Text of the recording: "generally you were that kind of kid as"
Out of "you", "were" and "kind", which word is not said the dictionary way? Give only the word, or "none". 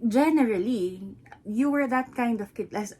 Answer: none